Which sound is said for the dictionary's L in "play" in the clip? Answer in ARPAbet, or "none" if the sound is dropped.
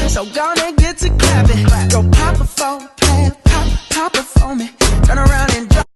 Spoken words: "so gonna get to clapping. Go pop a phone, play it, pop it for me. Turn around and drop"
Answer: none